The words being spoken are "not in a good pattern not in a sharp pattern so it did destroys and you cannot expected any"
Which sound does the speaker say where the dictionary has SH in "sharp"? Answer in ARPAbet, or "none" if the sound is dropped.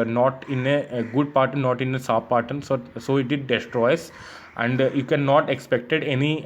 S